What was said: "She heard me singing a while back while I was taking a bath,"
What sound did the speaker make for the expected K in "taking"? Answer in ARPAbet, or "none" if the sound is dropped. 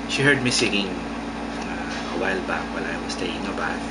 none